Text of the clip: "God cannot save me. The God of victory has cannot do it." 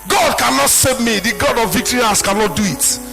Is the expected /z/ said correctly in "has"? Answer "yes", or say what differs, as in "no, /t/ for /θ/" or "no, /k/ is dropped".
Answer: no, /s/ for /z/